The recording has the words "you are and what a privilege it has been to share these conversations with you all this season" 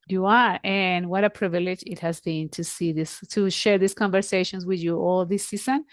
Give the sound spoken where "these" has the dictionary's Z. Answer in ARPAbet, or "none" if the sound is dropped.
S